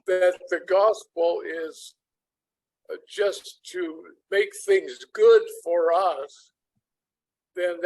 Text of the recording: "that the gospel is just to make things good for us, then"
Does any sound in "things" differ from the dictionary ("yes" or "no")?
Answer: no